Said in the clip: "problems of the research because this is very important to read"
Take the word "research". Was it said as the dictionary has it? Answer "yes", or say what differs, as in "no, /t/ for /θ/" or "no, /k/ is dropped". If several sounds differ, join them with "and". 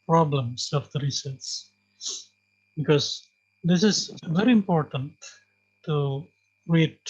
no, /s/ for /tʃ/